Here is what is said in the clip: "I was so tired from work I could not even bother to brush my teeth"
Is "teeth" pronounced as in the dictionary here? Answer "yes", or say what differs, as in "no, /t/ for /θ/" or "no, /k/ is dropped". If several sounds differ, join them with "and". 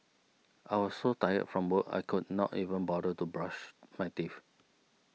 no, /f/ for /θ/